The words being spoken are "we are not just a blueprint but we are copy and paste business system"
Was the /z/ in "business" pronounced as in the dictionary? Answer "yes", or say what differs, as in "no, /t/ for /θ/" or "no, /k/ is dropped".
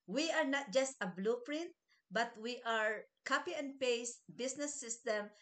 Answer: no, /s/ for /z/